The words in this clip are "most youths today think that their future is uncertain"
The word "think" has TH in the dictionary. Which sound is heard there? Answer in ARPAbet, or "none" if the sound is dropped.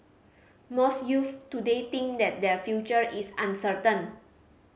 T